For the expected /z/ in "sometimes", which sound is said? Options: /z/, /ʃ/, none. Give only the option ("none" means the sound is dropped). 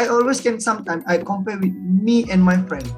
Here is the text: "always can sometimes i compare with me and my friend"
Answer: none